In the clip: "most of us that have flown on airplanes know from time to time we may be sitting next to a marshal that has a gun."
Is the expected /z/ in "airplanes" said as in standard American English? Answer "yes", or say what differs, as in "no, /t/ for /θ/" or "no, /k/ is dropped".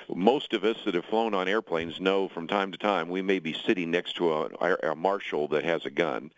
yes